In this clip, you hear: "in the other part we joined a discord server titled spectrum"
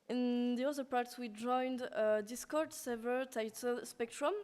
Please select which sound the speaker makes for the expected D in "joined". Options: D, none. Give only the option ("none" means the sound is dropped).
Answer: D